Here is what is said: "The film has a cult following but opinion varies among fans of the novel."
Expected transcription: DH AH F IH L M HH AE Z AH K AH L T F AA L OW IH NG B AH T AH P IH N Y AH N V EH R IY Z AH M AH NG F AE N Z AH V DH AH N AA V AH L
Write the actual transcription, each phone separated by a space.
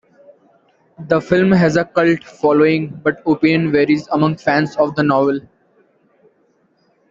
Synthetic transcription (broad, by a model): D AH F IH L M HH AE Z AH K AH L T F AA L OW IH NG B AH T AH P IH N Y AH N V EH R IY Z AH M AH NG F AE N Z AH V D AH N AA V AH L